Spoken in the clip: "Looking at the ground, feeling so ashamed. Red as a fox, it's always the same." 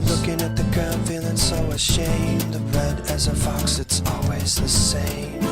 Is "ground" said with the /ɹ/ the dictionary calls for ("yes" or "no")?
no